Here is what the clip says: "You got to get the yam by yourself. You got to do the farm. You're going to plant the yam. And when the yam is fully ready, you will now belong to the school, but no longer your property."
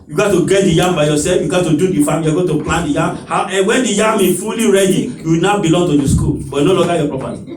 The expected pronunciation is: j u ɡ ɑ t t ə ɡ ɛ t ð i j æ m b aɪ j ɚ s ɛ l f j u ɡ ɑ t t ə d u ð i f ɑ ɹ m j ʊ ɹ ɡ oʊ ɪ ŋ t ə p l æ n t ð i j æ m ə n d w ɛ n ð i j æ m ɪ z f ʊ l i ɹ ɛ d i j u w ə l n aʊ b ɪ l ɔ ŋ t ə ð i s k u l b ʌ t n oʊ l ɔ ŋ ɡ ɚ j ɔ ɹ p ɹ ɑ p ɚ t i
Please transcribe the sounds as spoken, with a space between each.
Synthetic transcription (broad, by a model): j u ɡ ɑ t t ə ɡ ɛ t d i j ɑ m b aɪ j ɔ s ɛ f j u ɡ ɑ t t ə d u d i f ɑ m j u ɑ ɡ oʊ t ə p l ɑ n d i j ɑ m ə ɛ w ɛ n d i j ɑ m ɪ f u l i ɹ ɛ d i j u w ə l n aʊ b ɪ l ɔ ŋ t ə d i s k u l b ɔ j n oʊ l ɔ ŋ ɡ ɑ j ɔ p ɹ ɑ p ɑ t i